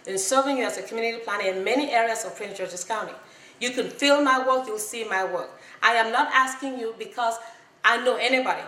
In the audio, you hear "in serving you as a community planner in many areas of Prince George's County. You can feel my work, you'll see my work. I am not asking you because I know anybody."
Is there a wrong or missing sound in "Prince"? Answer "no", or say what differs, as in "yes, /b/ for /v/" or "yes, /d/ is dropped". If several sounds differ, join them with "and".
yes, /s/ is dropped